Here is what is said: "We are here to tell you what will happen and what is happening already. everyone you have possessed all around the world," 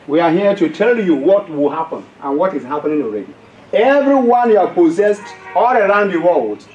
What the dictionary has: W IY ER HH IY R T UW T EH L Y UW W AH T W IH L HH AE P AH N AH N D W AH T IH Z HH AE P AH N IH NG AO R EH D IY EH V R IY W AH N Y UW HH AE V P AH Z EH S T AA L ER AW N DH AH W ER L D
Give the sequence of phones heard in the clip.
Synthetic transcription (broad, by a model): W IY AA HH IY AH T UW T EH L Y UW W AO T W IH L HH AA P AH N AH N W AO T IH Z HH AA P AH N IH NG AO R EH D IY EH V R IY W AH N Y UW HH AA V P AH Z EH S T AA L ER AW N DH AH W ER L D